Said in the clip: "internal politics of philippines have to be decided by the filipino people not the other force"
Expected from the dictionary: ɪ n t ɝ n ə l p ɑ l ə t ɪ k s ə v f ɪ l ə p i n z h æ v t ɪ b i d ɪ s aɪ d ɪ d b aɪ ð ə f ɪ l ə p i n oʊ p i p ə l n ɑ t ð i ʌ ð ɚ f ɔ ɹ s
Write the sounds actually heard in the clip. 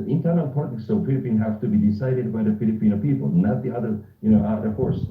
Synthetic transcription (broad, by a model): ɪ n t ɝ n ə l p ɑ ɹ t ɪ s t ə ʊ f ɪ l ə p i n h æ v t ɪ b i d ɪ s aɪ d ɪ d b aɪ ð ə f ɪ l ə p i n oʊ p i p ə l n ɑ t ð i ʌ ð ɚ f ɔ ɹ s